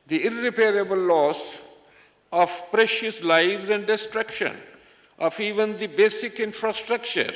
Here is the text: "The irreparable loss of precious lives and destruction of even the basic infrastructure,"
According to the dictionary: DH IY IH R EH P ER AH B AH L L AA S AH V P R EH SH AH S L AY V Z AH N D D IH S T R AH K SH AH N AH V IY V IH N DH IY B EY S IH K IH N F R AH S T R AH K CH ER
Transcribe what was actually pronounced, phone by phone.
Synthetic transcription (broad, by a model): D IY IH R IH P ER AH B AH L L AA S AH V P R EH SH AH S L AY V Z AH N D D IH S T R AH K SH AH N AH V IY V IH N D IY B EY S IH K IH N F R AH S T R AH K CH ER